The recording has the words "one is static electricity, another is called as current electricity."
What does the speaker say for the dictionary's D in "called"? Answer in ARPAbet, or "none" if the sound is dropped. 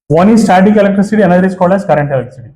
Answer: none